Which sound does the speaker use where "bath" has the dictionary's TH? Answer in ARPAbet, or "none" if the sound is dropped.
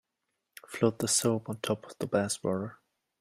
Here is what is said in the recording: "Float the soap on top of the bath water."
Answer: S